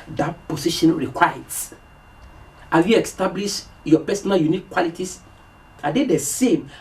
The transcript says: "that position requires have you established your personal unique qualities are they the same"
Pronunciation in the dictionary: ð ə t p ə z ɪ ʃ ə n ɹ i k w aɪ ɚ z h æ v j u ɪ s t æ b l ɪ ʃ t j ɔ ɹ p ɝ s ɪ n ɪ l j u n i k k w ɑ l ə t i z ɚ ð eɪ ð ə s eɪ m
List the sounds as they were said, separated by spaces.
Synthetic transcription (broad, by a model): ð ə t p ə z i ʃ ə n ɹ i k w aɪ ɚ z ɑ j u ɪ s t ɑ b l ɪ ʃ j ɔ p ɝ s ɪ n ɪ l j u n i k k w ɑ l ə t i s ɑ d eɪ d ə s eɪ m